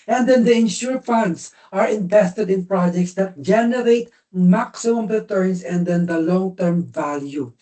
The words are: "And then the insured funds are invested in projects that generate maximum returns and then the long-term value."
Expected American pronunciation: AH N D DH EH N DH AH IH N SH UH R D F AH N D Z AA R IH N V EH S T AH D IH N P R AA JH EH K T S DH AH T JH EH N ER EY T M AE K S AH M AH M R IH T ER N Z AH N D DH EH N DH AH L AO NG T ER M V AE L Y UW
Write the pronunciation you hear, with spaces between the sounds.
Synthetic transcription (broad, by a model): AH N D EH N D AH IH N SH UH R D F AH N D S AA R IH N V EH S T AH D IH N P R AA JH EH K T S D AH T JH EH N ER EY T M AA K S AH M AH M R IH T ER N S AH N D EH N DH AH L AO NG T ER M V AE L Y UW